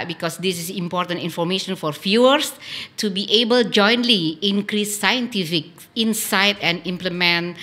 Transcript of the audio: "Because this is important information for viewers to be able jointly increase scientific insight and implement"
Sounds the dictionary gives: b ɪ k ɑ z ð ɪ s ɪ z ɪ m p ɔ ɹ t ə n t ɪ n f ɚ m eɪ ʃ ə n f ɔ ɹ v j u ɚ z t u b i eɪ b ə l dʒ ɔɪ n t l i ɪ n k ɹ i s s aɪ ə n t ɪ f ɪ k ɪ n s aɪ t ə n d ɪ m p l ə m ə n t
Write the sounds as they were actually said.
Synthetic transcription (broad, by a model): b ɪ k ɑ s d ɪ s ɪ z ɪ m p ɔ ɹ t ə n t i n f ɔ m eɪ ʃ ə n f ɔ ɹ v j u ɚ s t u b i eɪ b ə l dʒ ɔɪ n t l i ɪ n k ɹ i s s aɪ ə n t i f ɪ k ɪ n s aɪ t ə n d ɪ m p l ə m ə n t